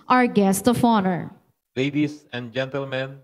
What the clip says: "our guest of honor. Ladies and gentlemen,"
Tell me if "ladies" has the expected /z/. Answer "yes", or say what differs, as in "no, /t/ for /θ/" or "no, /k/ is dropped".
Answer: no, /s/ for /z/